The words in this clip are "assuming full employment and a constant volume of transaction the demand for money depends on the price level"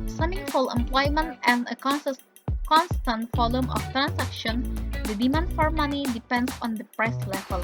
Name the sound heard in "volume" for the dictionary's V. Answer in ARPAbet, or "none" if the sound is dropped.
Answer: F